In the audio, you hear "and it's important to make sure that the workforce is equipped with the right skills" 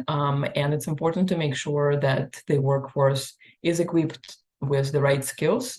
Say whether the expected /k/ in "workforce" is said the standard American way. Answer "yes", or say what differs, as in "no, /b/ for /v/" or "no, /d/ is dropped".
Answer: yes